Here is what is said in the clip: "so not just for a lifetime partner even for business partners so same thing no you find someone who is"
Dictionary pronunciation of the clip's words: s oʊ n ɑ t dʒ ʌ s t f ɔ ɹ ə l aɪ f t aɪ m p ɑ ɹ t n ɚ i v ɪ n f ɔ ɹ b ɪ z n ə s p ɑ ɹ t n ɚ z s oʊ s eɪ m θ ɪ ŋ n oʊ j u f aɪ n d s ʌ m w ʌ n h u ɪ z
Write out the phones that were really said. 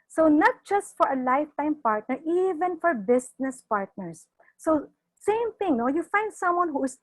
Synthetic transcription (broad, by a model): s oʊ n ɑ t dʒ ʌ s t f ɔ ɹ ə l aɪ f t aɪ m p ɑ ɹ t n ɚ i v ɪ n f ɔ ɹ b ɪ s n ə s p ɑ ɹ t n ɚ s oʊ s eɪ m θ ɪ ŋ n oʊ j u f aɪ n d s ʌ m w ʌ n h u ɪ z